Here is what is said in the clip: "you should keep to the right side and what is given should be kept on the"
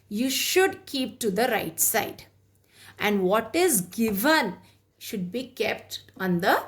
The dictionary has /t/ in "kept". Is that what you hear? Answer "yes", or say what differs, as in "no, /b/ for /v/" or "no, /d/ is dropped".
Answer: yes